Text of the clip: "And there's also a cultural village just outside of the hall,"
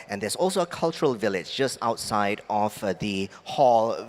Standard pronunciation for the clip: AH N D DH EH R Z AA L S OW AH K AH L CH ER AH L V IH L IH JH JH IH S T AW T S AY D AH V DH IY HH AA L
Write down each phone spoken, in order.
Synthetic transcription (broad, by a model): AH N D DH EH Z AA L S OW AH K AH L CH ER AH L V IH L IH JH JH IH S T AW T S AY D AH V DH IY HH AA L